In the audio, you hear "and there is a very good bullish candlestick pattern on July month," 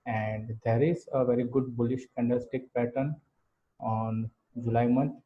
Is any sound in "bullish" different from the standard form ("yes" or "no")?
no